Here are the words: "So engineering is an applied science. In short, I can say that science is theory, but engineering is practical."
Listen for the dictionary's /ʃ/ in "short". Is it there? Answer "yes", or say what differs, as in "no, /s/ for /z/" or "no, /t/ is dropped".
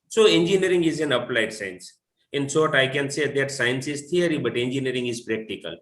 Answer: no, /s/ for /ʃ/